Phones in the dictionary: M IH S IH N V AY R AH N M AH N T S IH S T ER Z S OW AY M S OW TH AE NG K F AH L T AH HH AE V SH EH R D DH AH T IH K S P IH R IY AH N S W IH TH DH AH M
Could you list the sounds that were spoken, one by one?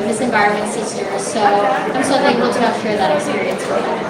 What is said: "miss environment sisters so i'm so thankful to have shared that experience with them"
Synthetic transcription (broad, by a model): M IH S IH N V AY R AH N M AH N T S IH S T ER Z S OW AY M S OW T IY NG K AH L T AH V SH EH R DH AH T IH K S P IH R IY AH N S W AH